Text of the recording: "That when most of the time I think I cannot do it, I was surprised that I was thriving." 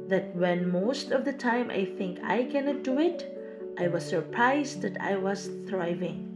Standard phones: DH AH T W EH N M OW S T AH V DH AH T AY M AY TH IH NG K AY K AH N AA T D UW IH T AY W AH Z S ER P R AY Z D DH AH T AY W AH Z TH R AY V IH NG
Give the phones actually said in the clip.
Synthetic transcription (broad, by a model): DH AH T W EH N M OW S T AH V DH AH T AY M AY TH IH NG K AY K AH N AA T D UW IH T AY W AH Z S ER P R AY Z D DH AH T AY W AH Z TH R AY V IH NG